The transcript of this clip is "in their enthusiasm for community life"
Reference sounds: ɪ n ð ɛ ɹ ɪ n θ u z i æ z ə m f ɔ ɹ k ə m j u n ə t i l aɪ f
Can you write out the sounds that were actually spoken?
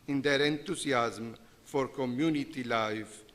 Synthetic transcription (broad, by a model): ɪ n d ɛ ɹ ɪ n t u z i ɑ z m f ɔ ɹ k ə m j u n ə t i l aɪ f